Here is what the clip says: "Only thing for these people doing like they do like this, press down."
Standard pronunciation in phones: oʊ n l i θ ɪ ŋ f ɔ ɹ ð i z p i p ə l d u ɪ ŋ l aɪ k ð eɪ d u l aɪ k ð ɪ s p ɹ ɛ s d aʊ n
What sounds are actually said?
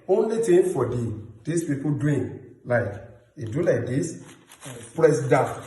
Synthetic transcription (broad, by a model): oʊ n l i t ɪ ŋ f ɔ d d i s p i p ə d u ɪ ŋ l aɪ k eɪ d u l aɪ k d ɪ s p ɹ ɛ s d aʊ